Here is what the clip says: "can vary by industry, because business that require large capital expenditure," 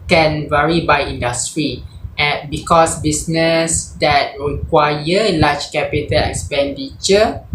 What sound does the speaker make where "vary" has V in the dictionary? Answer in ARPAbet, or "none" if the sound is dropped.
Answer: V